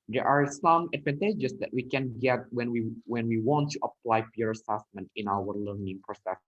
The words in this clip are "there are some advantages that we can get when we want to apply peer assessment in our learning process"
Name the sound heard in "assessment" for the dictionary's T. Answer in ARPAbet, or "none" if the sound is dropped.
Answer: T